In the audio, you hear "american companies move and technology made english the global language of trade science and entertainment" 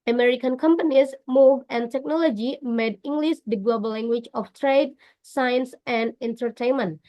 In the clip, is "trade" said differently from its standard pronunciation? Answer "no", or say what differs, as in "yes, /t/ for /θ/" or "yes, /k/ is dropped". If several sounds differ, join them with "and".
no